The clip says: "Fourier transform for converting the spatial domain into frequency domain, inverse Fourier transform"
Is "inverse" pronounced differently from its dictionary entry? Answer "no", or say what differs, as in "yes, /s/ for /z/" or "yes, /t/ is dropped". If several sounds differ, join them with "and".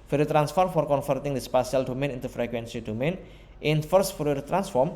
yes, /f/ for /v/